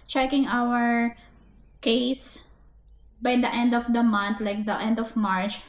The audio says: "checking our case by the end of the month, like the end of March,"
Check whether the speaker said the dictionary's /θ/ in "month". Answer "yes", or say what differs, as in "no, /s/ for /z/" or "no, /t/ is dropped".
no, /t/ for /θ/